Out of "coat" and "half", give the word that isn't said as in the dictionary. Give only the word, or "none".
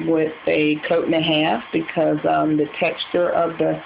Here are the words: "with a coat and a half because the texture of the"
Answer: coat